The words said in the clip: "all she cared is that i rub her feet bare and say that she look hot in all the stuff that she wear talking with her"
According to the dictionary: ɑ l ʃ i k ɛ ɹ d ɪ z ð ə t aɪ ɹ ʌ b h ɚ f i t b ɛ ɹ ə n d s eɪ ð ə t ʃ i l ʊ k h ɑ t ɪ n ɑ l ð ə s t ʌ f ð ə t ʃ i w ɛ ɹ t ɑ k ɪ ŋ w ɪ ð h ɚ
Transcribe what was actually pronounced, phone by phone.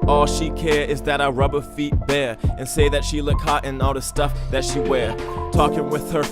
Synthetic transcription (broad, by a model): ɑ l ʃ i k ɛ ɹ ɪ z ð ə t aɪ ɹ ʌ b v f i t b ɛ ɹ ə n s eɪ ð ə t ʃ i l ʊ k h ɑ t ɪ n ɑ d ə s t ʌ f ð ə t ʃ i w ɛ ɹ t ɑ k ɪ ŋ w ɪ ð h ɚ